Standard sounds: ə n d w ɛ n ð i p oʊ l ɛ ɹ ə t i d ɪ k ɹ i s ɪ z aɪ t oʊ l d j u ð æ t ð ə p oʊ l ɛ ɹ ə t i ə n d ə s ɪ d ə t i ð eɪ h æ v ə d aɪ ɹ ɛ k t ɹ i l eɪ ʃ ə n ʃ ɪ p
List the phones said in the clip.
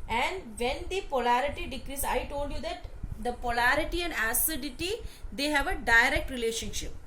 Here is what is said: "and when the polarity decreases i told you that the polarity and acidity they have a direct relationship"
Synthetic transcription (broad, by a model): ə n d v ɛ n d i p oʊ l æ ɹ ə t i d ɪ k ɹ i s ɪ ɪ t oʊ l d j u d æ t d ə p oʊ l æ ɹ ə t i ə n d ə s ɪ d ə t i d eɪ h æ v ə d aɪ ɹ ɛ k t ɹ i l eɪ ʃ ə n ʃ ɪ p